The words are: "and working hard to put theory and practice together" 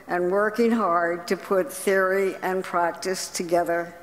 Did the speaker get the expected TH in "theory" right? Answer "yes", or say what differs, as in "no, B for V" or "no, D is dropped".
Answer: yes